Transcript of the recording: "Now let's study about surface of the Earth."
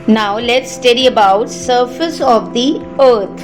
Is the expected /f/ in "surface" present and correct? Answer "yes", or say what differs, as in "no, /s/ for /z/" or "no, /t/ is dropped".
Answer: yes